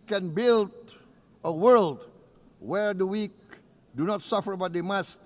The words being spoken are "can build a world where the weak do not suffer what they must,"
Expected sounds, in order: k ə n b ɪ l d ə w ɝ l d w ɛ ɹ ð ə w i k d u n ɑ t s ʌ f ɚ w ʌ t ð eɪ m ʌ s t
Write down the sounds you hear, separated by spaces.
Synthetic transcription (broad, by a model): k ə n b ɪ l d ə w ɝ l d w ɛ ɹ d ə w i k d u n ɑ t s ʌ f ɚ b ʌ t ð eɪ m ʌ s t